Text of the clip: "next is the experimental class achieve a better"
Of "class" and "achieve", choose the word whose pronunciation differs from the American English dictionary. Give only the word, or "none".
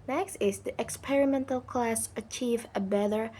none